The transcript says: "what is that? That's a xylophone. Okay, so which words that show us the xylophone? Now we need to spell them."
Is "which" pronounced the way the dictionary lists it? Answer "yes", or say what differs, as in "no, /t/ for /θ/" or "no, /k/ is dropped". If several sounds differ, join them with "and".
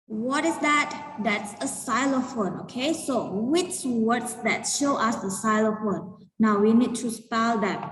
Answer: yes